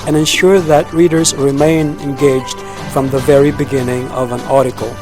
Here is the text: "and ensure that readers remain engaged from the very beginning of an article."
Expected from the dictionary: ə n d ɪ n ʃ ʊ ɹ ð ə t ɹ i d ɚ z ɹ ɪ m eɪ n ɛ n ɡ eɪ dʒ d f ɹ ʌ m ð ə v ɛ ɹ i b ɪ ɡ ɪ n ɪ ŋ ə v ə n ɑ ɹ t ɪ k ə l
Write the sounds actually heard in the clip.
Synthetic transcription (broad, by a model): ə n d ɪ n ʃ ʊ ɹ ð ə t ɹ i d ɚ z ɹ ɪ m eɪ n ɛ n ɡ eɪ dʒ d f ɹ ʌ m ð ə v ɛ ɹ i b ɪ ɡ ɪ n ɪ ŋ ə v ə n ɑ ɹ t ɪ k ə l